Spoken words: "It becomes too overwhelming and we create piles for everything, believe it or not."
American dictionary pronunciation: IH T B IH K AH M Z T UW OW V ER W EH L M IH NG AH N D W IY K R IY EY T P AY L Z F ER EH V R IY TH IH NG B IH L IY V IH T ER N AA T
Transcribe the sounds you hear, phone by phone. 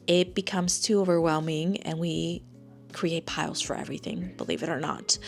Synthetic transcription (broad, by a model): IH T B IH K AH M Z T UW OW V ER W EH L M IH NG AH N W IY K R IY EY T P AY L Z F ER EH V R IY TH IH NG B IH L IY V IH T ER N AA T